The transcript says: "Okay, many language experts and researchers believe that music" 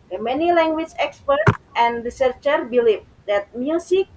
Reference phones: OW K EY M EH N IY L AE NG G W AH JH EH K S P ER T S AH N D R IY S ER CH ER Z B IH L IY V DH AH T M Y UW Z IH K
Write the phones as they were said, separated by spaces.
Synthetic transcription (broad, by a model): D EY M EH N IY L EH NG G W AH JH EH K S P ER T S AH N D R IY S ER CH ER B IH L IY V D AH T M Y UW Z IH K